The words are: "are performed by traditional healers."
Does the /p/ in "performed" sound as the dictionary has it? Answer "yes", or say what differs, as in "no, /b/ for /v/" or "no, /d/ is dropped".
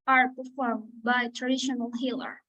yes